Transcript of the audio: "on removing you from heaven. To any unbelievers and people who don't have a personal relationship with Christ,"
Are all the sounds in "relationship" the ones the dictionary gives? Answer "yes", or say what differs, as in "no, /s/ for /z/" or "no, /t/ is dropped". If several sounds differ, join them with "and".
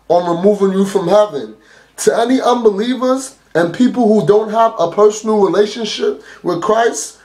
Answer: yes